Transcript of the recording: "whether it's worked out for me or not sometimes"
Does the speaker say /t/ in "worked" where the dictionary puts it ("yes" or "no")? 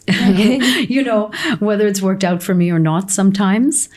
yes